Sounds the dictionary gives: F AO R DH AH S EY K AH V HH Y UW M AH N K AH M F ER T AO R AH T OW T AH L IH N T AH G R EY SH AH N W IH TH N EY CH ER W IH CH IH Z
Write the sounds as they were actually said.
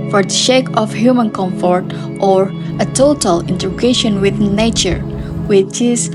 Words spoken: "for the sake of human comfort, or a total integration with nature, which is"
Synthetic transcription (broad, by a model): F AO R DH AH SH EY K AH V HH Y UW M AH N K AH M F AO T AO R AH T OW T AH L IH N T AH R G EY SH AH N W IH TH N EY CH ER W IH CH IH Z